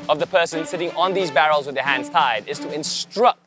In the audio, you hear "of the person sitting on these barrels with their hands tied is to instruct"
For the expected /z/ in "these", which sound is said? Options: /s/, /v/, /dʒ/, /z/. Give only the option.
/z/